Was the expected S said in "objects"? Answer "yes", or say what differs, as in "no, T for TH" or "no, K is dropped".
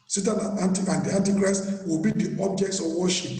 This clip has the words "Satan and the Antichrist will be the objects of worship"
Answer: yes